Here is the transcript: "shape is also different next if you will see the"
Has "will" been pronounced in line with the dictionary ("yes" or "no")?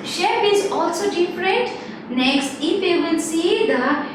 no